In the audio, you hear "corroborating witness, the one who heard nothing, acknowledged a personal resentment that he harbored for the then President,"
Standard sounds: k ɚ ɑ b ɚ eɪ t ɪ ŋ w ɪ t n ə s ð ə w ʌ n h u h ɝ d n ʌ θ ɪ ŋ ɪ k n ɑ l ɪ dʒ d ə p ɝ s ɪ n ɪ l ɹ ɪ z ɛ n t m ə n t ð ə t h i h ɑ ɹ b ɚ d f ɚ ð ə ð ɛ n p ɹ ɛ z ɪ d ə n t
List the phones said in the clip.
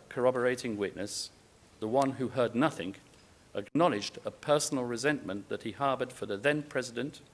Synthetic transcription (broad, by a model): k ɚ ɑ b ɚ eɪ t ɪ ŋ w ɪ t n ə s ð ə w ʌ n h u h ɝ d n ʌ θ ɪ ŋ ɪ k n ɑ l ɪ dʒ d ə p ɝ s n l ɹ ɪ z ɛ n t m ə n ð ə t h i h ɑ ɹ b ɚ d f ɚ ð ə ð ɛ n p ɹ ɛ z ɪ d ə n t